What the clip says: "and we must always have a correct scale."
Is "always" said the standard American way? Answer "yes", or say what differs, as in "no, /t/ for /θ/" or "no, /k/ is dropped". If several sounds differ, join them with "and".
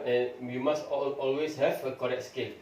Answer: no, /s/ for /z/